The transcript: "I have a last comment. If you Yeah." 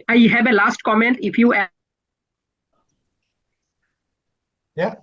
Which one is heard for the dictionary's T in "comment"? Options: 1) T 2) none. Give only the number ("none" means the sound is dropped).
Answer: 1